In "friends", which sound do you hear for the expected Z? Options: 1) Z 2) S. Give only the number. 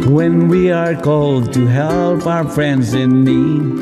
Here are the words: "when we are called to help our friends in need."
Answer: 1